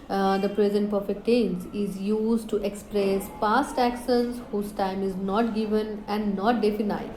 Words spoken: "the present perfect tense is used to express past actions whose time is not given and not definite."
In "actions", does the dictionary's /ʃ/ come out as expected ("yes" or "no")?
no